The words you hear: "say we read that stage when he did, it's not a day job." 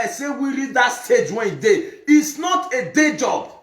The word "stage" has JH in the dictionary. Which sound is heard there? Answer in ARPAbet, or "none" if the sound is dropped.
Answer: JH